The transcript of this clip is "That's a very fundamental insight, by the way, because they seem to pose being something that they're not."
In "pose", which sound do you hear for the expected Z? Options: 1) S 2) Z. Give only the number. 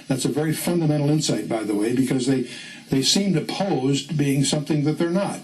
2